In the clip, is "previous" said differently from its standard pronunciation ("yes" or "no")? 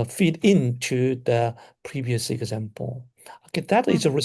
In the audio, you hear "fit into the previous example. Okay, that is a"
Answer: no